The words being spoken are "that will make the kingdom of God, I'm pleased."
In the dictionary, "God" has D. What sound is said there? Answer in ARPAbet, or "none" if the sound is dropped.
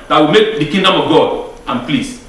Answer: D